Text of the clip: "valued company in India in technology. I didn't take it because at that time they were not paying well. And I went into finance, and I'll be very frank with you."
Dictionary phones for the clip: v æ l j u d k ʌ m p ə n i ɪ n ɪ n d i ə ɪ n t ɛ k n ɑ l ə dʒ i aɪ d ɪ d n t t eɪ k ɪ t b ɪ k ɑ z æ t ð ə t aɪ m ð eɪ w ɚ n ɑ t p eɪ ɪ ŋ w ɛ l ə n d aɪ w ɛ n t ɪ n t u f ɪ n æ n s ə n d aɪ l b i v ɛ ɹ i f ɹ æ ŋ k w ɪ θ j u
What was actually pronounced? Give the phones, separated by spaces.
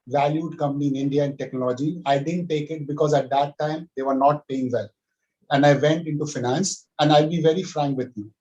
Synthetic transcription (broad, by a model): v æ l j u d k ʌ m p ə n i ɪ n ɪ n d i ə ɪ n t ɛ k n ɑ l ə dʒ i aɪ d ɪ d n t t eɪ k ɪ t b ɪ k ɑ z æ t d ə t aɪ m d eɪ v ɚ n ɑ t p eɪ ɪ ŋ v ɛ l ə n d aɪ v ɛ n t ɪ n t u f ɪ n æ n s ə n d aɪ l b i v ɛ ɹ i f ɹ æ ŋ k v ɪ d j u